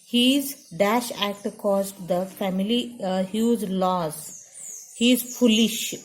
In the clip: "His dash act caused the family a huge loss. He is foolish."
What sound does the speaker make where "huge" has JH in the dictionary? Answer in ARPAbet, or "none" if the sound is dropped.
Z